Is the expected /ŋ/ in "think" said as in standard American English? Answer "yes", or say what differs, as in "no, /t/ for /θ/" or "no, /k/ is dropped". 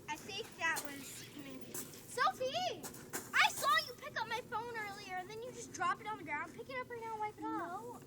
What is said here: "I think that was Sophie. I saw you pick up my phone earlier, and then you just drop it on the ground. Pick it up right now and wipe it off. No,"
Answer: no, /ŋ/ is dropped